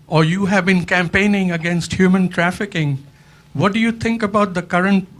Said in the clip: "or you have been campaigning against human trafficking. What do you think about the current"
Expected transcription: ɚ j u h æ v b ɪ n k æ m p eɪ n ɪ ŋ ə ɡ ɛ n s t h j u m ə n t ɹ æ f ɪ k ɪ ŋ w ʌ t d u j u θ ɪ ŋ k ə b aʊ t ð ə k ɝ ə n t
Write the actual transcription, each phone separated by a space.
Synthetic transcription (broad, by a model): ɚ j u h æ v b ɪ n k æ m p eɪ n ɪ ŋ ə ɡ ɛ n s t h j u m ə n t ɹ æ f ɪ k ɪ ŋ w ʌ t d u j u t ɪ ŋ k ə b aʊ t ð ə k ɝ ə n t